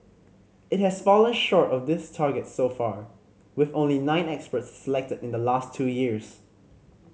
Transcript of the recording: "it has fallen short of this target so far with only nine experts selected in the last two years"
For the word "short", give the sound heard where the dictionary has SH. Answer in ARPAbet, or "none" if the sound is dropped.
SH